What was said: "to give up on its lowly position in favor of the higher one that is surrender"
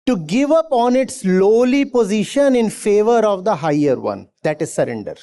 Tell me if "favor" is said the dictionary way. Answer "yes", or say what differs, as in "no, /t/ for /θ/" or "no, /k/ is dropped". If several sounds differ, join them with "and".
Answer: yes